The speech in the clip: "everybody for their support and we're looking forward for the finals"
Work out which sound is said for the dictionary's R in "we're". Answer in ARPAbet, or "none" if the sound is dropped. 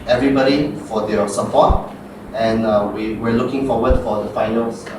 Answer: W